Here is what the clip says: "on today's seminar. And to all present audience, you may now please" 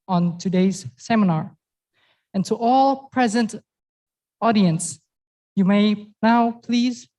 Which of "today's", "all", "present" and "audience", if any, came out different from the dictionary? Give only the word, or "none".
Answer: none